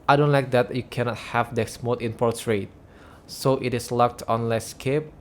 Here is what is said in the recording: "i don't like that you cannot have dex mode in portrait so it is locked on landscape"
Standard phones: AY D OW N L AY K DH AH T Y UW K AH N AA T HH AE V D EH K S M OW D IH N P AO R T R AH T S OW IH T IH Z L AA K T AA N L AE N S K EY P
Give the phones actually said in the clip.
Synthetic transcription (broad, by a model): AY D OW N L AY K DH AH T Y UW K AH N AA T HH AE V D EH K S M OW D IH N P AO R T R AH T S OW IH T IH S L AA K T AA N L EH S K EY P